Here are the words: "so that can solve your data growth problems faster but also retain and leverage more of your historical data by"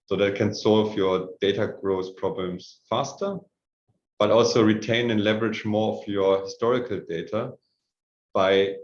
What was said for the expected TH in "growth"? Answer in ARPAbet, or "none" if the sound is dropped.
S